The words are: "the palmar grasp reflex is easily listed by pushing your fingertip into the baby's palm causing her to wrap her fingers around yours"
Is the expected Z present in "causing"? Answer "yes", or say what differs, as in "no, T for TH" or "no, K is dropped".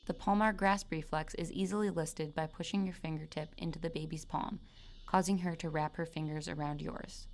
yes